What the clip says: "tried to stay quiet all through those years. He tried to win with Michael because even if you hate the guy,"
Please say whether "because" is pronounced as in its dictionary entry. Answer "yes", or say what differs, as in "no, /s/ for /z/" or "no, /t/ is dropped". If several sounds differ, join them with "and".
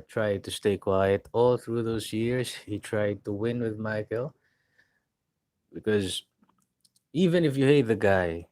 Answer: yes